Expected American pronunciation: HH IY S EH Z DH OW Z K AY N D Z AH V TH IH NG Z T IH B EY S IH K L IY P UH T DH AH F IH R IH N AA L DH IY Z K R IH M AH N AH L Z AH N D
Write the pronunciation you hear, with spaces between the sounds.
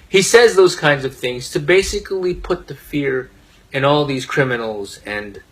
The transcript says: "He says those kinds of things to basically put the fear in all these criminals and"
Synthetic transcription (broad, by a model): HH IY S EH Z DH OW Z K AY N D Z AH V TH IH NG Z T IH B EY S IH K L IY P UH T DH AH F IH R IH N AA L DH IY Z K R IH M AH N L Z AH N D